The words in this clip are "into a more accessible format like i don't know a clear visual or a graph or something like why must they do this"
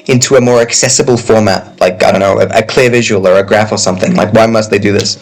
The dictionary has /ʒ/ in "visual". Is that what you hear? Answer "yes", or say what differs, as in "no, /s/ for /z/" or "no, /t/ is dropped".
yes